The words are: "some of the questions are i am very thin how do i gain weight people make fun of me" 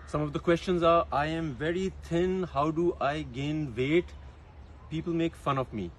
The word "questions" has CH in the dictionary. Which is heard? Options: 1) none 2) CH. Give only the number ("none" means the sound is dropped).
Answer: 2